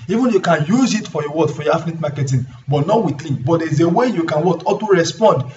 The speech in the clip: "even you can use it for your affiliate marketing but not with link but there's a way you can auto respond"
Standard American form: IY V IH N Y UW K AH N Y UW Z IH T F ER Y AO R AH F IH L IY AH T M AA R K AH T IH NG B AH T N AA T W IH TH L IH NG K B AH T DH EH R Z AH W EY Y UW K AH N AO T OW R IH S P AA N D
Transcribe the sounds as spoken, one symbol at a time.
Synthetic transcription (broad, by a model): IY V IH N Y UW K AH N Y UW Z IH T F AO Y AO W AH F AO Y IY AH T M AA K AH T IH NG B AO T N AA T W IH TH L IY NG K B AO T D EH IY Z AH W EY Y UW K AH N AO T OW R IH S P AA N D